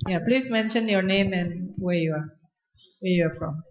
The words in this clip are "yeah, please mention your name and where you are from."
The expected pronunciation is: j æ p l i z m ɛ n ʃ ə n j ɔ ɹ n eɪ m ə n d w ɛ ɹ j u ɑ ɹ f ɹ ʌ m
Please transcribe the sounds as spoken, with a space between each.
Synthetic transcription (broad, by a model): j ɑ p l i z m ɛ n ʃ ə n j ɔ ɹ n eɪ m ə n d w ɛ ɹ j u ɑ w f ɹ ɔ m